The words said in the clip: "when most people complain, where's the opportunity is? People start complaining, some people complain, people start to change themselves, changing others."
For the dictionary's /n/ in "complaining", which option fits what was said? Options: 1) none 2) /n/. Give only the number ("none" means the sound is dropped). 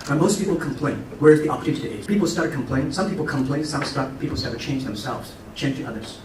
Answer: 1